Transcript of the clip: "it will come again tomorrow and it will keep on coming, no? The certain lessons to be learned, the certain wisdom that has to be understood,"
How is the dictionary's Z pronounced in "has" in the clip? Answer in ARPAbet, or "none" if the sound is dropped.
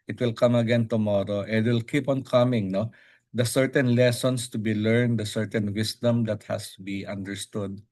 S